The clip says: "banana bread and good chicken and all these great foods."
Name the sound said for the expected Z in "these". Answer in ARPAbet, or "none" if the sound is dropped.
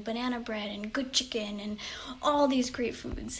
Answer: Z